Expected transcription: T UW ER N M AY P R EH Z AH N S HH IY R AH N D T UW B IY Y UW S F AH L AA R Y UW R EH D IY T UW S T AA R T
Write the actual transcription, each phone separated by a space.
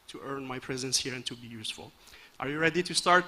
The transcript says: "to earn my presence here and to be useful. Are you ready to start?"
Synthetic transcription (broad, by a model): T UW ER N M AY P R EH Z AH N S HH IY R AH N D T UW B IY Y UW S F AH L AA R Y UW R EH D IY T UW S T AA R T